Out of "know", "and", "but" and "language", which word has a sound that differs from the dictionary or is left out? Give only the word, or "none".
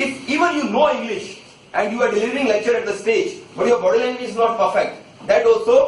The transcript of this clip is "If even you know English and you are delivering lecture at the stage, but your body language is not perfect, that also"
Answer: language